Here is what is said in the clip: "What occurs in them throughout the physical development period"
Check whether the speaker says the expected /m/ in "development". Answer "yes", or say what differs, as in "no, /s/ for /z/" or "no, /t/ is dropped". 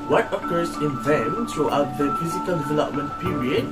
yes